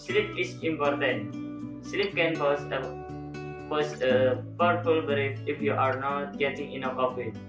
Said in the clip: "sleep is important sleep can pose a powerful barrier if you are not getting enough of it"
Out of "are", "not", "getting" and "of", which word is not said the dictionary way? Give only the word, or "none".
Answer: of